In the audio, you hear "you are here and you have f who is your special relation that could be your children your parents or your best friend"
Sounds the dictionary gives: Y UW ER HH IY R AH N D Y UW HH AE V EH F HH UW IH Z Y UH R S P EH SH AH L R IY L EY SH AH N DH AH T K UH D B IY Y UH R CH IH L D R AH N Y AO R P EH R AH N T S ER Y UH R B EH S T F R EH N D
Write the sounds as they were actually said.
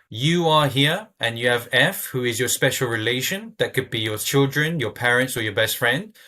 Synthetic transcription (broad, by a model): Y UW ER HH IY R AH N Y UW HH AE V EH F HH UW IH Z Y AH S P EH SH AH L R IY L EY SH AH N DH AH T K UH D B IY Y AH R CH IH L D R AH N Y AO P EH R AH N T S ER Y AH B EH S T F R EH N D